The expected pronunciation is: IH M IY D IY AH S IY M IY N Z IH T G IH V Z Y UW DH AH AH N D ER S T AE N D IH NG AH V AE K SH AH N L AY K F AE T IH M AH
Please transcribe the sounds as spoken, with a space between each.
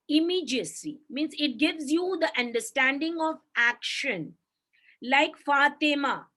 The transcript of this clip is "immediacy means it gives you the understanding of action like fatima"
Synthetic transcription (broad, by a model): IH M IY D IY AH S IY M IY N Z IH T G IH V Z Y UW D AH AH N D ER S T AE N D IH NG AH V AE K SH AH N L AY K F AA T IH M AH